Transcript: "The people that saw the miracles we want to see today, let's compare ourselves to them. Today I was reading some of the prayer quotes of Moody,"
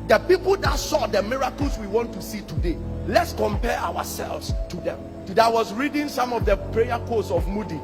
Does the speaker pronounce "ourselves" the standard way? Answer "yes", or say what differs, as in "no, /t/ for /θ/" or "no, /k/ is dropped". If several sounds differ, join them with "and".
no, /w/ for /ɹ/